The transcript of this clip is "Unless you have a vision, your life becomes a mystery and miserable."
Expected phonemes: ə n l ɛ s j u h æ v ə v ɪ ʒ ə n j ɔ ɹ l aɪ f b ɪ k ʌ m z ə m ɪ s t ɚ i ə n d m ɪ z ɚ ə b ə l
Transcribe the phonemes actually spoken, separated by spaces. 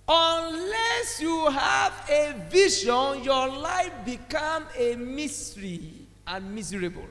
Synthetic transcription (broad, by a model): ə n l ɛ s j u h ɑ v ə v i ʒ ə n j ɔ l aɪ f b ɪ k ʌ m ə m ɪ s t i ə n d m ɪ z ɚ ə b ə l